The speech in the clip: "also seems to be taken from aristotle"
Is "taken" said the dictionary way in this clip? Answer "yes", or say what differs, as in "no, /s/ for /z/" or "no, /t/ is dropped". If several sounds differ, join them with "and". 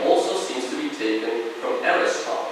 yes